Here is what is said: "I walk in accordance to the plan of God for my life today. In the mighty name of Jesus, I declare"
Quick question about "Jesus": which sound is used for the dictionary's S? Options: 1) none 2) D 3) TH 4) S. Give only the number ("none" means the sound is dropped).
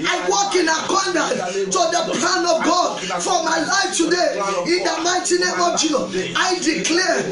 1